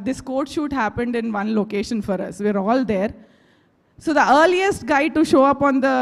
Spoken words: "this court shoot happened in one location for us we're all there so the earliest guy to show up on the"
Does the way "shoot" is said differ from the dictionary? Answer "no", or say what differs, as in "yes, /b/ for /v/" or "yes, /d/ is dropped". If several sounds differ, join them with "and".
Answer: no